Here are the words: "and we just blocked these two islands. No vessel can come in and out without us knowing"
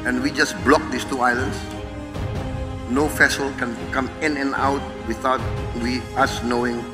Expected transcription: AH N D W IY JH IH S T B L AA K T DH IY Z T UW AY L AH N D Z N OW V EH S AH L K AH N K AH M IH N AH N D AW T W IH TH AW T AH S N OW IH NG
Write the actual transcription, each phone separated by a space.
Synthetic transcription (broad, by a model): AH N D W IY JH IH S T B L AA K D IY S T UW AY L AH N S N OW F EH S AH L K AH N K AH M IH N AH N AW T W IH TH AW T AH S N OW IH NG